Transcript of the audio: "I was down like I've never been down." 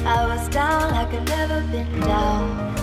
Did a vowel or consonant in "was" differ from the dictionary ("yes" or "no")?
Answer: no